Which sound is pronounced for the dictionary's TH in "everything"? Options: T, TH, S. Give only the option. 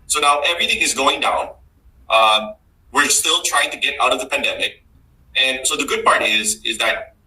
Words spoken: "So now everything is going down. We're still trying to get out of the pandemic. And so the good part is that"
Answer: TH